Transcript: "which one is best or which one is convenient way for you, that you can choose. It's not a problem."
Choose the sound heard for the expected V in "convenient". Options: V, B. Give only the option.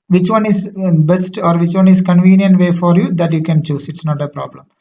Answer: V